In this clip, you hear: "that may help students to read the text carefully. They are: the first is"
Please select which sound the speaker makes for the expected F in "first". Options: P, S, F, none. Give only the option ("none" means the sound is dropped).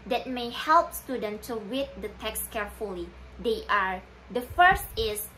F